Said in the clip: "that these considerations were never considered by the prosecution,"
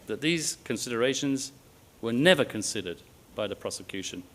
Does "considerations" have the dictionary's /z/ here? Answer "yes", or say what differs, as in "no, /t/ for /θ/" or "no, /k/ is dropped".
yes